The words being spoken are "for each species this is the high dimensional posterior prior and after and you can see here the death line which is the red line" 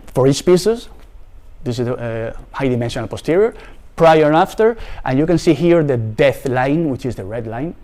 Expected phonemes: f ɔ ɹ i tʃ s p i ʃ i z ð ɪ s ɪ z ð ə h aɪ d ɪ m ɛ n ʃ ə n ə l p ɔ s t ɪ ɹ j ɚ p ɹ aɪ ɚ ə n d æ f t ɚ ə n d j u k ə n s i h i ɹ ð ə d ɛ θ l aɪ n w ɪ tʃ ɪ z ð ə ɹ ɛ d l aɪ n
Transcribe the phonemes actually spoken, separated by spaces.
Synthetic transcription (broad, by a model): f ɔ ɹ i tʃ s p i s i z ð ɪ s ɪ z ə h aɪ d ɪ m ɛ n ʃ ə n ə l p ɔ s t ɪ ɹ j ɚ p ɹ aɪ ɚ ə f t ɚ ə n j u k ə n s i h i ɹ ð ə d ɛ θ l aɪ n w ɪ tʃ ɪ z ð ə ɹ ɛ d l aɪ n